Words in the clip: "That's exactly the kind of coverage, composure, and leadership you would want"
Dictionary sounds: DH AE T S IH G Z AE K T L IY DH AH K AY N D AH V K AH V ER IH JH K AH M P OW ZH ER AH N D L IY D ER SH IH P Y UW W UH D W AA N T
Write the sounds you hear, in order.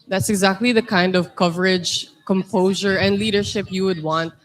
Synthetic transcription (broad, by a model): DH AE T S IH G Z AE K T L IY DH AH K AY N D AH V K AH V ER IH JH K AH M P OW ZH ER AH N D L IY D ER SH IH P Y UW W UH D W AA N T